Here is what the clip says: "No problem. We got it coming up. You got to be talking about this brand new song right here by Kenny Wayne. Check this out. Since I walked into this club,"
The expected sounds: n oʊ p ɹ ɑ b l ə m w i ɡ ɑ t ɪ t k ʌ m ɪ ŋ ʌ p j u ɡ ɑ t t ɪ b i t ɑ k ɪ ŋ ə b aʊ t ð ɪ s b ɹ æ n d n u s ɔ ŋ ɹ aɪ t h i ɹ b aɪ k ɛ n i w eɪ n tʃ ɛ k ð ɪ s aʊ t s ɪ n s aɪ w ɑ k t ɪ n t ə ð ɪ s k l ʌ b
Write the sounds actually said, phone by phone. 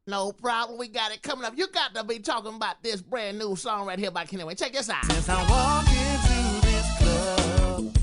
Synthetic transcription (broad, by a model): n oʊ p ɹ ɑ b ə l w i ɡ ɑ t ɪ t k ʌ m ɪ ŋ ʌ p j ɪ ɡ ɑ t t ɪ b i t ɑ k ɪ ŋ ə b aʊ t ð ɪ s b ɹ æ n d n u s ɔ ŋ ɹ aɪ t h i l b aɪ k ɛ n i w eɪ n tʃ ɛ k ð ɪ s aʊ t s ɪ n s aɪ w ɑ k ɪ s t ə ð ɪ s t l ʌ